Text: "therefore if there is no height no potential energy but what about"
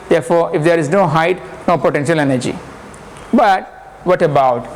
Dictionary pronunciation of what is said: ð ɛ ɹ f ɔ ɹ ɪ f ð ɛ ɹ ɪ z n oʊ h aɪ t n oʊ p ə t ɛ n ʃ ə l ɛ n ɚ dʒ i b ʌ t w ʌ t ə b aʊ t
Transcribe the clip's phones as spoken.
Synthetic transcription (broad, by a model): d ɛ ɹ f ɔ ɹ ɪ f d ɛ ɹ ɪ z n oʊ h aɪ t n oʊ p ə t ɛ n ʃ ə l ɛ n ɚ dʒ i b ʌ t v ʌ t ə b aʊ t